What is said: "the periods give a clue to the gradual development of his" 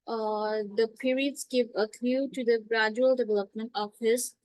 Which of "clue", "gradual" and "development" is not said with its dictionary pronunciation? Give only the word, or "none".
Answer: clue